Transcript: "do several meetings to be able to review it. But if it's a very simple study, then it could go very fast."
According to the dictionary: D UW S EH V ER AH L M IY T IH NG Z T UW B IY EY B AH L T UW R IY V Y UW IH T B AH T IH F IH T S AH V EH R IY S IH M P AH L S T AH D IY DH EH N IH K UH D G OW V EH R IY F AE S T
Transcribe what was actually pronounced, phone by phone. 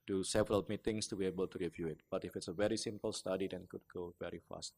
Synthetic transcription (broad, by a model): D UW S EH V ER AH L M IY T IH NG S T UW B IY EY B AH L T UW R IY V Y UW IH T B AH T IH F IH T S AH V EH R IY S IH M P AH L S T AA D IY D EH N K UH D G OW V EH R IY F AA S T